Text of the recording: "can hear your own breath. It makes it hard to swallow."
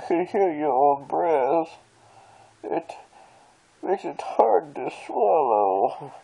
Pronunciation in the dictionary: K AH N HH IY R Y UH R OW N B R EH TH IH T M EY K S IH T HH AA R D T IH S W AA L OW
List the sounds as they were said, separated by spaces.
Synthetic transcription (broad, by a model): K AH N HH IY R Y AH R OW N B R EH S IH T M EY K S IH T HH AA R D T IH S W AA L OW